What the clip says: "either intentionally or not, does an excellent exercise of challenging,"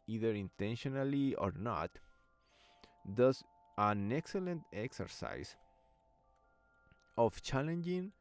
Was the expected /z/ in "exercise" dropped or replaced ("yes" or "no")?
yes